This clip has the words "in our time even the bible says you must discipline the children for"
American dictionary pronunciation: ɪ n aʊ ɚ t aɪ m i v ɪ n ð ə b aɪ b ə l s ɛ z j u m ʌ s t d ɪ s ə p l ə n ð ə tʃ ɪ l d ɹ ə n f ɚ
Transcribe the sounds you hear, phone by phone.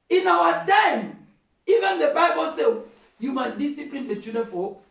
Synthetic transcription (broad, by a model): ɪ n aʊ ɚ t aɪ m i v ɪ n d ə b aɪ b ə l s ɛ j u m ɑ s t d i s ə p l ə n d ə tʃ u d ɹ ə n f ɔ